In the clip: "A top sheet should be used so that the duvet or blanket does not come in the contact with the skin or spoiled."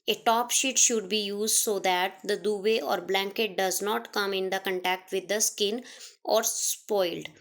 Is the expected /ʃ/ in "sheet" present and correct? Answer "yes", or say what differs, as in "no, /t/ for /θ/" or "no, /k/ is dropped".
yes